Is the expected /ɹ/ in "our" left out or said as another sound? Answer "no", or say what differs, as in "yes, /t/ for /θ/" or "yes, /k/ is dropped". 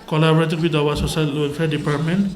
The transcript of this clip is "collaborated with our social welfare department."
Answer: yes, /w/ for /ɹ/